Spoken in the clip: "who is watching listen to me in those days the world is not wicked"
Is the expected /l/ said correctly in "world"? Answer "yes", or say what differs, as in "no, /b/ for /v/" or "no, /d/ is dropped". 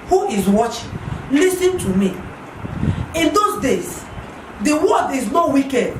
no, /l/ is dropped